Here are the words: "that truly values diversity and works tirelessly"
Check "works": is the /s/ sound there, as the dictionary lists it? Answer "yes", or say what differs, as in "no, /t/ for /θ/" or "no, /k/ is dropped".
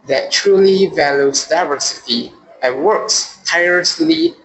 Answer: yes